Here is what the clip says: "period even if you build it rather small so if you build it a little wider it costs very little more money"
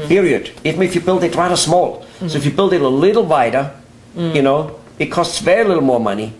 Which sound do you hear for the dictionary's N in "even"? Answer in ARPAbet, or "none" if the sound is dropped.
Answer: none